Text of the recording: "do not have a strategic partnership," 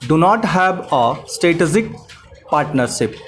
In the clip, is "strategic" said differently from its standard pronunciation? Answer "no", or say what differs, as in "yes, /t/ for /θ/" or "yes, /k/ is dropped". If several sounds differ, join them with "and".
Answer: yes, /ɹ/ is dropped